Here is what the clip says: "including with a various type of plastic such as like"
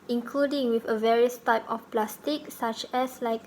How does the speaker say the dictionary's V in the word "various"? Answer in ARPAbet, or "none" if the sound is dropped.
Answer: V